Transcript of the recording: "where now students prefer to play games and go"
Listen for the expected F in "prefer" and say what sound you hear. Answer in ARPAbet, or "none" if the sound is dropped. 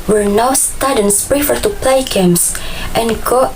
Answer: F